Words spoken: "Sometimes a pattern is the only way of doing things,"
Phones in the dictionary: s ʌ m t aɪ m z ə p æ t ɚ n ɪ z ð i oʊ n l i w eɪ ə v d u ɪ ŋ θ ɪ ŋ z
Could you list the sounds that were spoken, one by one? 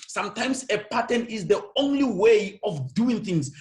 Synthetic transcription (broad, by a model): s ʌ m t aɪ m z ə p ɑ t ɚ n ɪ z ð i oʊ n l i w eɪ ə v d u ɪ ŋ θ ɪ ŋ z